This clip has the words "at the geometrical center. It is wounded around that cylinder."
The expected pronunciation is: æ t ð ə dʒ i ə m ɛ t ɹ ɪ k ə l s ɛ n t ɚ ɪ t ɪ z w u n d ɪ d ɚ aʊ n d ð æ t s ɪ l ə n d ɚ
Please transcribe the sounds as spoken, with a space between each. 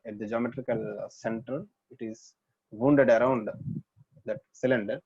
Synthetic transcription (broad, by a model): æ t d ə dʒ i ə m ɛ t ɹ ɪ k ə l s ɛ n t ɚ ɪ t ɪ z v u n d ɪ d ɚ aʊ n d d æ t s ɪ l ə n d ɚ